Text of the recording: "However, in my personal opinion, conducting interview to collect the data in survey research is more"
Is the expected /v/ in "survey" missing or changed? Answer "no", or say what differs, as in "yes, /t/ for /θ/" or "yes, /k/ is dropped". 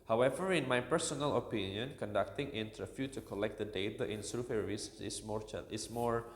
yes, /f/ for /v/